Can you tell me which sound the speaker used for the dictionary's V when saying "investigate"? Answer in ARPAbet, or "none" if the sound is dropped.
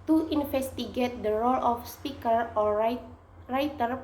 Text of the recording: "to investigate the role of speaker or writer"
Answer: F